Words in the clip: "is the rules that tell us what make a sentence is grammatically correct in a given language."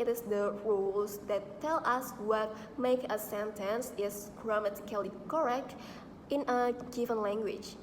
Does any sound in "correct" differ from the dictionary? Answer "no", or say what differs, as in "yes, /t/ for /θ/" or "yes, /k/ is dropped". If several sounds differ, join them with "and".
no